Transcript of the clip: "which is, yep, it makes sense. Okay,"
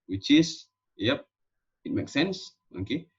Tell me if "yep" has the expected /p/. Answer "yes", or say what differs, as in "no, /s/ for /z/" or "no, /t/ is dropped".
yes